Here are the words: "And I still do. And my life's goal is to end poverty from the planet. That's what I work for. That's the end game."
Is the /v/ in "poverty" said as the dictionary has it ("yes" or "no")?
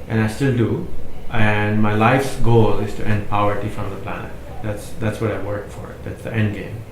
no